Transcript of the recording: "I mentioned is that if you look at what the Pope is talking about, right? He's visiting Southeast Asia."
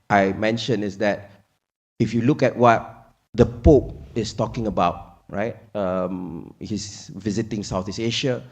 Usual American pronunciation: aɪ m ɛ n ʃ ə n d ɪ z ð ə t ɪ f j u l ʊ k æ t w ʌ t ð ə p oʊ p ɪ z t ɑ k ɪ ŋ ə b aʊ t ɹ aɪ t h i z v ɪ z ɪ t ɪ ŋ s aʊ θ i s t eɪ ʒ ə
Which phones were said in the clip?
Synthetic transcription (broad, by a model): aɪ m ɛ n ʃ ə n ɪ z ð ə t ɪ f j u l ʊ k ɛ t w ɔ t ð ə p oʊ p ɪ s t ɑ k ɪ ŋ ə b aʊ t ɹ aɪ t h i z v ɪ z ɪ t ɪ ŋ s aʊ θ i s eɪ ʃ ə